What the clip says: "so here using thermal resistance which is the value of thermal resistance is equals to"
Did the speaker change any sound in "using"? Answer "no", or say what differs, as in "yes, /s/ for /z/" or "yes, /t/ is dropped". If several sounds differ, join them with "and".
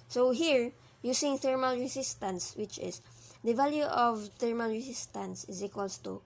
yes, /s/ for /z/